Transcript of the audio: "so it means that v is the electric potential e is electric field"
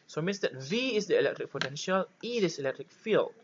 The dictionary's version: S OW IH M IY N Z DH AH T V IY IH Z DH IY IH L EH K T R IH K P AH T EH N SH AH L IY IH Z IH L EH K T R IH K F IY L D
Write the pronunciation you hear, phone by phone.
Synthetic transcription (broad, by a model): S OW M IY N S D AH T V IY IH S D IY IH L EH K T R IH K P AH T EH N SH AH L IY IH S IH L EH K T R IH K F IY L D